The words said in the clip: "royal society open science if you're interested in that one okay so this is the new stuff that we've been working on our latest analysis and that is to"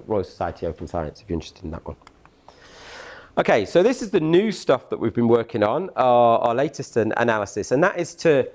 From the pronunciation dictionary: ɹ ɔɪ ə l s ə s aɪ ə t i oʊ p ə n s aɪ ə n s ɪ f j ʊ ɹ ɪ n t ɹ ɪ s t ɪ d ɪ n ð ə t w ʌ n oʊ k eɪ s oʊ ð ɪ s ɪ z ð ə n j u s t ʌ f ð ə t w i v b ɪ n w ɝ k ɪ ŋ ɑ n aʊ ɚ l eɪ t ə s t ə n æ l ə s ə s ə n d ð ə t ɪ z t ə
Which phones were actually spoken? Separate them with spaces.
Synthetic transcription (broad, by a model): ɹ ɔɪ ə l s ə s aɪ ə t i oʊ p ə n s aɪ ə n s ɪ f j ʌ ɪ n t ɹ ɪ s t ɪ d ɪ n ð ə t w ʌ n oʊ k eɪ s oʊ ð ɪ s ɪ z ð ə n j u s t ʌ f ð ə t w i v b ɪ n w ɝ k ɪ ŋ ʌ n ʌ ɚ l eɪ t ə s t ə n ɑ l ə s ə s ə n ð ə t ɪ z t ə